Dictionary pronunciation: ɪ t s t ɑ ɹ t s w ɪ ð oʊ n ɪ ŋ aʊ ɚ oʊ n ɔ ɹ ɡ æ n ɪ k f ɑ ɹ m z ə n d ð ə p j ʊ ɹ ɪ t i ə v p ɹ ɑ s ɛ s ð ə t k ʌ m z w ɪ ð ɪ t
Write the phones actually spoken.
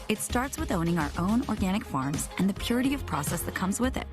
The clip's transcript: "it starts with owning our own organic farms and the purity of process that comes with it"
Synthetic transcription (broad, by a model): ɪ t s t ɑ ɹ t s w ɪ ð oʊ n ɪ ŋ aʊ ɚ oʊ n ɔ ɹ ɡ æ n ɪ k f ɑ ɹ m z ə n ð ə p j ʊ ɹ ɪ t i ə v p ɹ ɑ s ɛ s ð ə t k ʌ m z w ɪ ð ɪ t